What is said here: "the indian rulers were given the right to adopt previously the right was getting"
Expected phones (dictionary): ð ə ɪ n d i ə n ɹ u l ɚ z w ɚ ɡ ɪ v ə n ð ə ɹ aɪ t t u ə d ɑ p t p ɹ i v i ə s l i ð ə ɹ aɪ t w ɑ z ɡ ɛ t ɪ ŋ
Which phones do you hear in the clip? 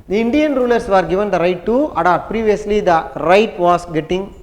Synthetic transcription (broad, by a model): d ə ɪ n d i ə n ɹ u l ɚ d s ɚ ɡ ɪ v ə n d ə ɹ aɪ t t u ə d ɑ t p ɹ i v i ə s l i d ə ɹ aɪ t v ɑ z ɡ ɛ t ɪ ŋ